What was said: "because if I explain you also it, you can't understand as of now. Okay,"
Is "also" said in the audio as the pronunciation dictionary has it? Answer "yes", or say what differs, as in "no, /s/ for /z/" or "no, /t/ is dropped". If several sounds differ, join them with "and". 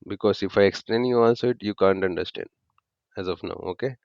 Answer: no, /n/ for /l/